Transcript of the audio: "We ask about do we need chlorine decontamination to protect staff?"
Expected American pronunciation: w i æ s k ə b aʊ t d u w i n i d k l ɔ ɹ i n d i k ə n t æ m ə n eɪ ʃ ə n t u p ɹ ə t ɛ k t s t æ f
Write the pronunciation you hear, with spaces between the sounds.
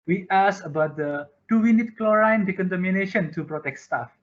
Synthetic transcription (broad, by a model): w i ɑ s ə b aʊ t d u w i n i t k l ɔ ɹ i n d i k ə n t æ m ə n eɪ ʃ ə n t u p ɹ ə t ɛ k t s t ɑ f